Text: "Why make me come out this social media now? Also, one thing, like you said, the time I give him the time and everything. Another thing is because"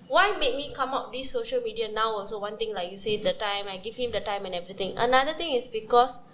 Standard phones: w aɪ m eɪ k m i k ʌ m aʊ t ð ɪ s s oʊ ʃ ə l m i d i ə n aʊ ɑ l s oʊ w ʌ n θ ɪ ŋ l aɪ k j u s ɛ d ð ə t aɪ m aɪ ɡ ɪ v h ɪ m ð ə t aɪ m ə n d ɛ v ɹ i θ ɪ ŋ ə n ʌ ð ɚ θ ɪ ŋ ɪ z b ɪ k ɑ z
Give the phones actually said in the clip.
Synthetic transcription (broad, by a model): w aɪ m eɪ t m i k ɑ m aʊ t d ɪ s s oʊ ʃ ə l m i d i ə n aʊ ɑ l s oʊ w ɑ n t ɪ ŋ l aɪ k j u s ɛ d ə t aɪ m aɪ ɡ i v h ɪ m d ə t aɪ m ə n ɛ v ɹ i t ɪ ŋ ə n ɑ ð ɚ t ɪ ŋ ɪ s b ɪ k ɑ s